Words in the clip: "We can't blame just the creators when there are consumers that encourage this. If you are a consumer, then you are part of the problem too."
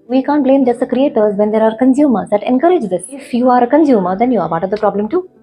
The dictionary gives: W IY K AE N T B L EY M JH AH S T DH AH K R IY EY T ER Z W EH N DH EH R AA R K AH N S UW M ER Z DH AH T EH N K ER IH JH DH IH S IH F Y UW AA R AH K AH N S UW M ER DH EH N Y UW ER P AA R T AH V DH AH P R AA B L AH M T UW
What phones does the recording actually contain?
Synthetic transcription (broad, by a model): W IY K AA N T B L EY M JH AH S T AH K R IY EY T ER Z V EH N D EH R AA R K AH N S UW M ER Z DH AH T EH N K ER IH JH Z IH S IH F Y UW AA R AH K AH N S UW M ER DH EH N Y UW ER B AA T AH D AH P R AA B L AH M T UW